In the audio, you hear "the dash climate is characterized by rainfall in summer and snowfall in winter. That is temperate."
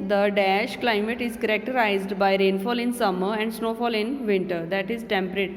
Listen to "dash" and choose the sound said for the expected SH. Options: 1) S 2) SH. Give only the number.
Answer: 2